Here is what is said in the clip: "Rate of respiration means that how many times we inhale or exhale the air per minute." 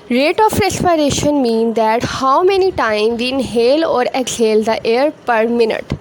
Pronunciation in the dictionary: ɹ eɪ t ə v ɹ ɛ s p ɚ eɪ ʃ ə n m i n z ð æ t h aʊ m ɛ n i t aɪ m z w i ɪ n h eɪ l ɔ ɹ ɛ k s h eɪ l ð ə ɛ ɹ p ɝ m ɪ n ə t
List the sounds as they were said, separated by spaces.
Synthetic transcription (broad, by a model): ɹ eɪ t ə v ɹ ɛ s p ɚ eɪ ʃ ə n m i n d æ t h aʊ m ɛ n i t aɪ m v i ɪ n h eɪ l ɔ ɹ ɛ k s h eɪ l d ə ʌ ɹ p ɝ m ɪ n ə t